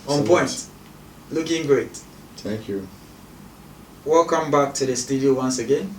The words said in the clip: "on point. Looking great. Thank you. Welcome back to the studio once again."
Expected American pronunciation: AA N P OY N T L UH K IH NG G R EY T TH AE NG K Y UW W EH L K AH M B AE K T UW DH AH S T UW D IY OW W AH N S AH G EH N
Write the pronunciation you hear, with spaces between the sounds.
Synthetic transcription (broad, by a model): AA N P OY N T L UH K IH NG G R EY T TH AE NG K Y UW W EH L K AH M B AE K T UW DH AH S T UW D IY OW W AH N S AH G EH N